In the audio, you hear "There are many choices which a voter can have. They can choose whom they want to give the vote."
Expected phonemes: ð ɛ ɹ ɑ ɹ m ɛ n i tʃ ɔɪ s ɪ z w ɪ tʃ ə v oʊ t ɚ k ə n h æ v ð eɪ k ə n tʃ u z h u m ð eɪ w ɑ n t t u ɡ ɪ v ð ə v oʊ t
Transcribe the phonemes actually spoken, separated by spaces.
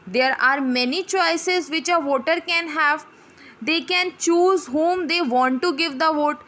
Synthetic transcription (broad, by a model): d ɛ ɹ ɑ ɹ m ɛ n i tʃ ɔɪ s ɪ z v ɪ tʃ ə v oʊ t ɚ k ə n h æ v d eɪ k ə n tʃ u z h u m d eɪ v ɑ n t t u ɡ ɪ v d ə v oʊ t